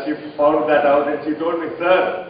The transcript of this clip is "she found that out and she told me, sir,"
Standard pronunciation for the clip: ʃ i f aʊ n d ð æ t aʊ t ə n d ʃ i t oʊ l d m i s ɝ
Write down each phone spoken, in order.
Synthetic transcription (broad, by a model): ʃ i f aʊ l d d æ t aʊ t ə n ʃ i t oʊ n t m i s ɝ